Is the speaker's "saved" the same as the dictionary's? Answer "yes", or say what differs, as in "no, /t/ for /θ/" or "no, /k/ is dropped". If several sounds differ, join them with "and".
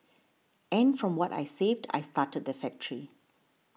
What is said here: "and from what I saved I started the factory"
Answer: yes